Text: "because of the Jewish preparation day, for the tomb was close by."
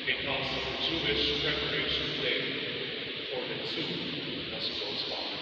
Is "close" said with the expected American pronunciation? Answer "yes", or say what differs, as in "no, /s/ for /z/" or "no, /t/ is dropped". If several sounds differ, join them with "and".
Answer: no, /l/ is dropped